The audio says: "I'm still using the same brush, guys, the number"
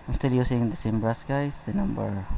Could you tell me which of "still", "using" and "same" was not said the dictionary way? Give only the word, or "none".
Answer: using